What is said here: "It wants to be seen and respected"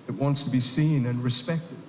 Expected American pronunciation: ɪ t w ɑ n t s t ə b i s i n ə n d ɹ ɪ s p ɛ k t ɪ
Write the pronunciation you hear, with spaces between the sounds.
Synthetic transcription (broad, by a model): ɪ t w ɑ n t s t ə b i s i n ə n ɹ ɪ s p ɛ k t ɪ